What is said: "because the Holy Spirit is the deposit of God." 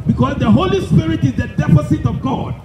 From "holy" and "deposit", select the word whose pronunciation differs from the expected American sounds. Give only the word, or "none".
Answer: deposit